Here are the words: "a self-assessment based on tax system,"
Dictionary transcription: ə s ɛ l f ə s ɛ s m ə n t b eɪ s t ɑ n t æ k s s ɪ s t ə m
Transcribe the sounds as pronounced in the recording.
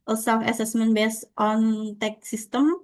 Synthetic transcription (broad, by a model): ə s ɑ f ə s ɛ s m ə n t b eɪ s t ɑ n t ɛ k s s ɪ s t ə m